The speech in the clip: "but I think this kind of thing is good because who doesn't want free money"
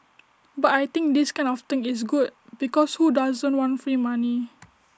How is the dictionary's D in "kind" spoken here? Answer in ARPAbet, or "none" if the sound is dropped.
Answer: none